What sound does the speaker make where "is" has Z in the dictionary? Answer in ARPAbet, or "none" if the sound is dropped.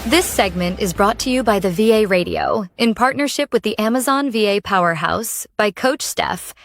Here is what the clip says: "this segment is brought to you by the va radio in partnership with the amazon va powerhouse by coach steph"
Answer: Z